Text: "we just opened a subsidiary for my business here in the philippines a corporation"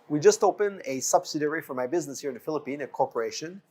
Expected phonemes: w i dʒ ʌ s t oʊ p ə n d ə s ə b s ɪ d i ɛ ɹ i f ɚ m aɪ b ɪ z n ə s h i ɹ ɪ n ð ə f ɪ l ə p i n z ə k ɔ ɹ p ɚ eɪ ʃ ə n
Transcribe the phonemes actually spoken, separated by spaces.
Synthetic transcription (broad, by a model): w i dʒ ʌ s t oʊ p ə n ə s ə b s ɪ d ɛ ɹ i f ɚ m aɪ b ɪ z n ə s h i ɹ ɪ n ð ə f ɪ l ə p i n ə k ɔ ɹ p ɚ eɪ ʃ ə n